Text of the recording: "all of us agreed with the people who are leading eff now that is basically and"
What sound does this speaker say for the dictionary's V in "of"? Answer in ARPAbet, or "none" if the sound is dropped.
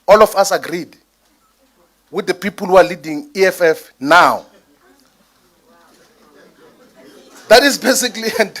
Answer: F